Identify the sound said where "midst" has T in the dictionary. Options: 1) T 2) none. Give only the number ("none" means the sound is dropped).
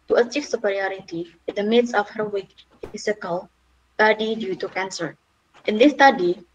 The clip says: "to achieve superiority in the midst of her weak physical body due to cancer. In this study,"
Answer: 2